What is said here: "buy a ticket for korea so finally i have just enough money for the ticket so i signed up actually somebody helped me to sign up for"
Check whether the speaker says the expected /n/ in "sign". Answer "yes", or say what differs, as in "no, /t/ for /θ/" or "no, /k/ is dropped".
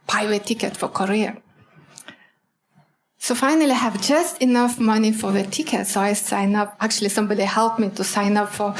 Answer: yes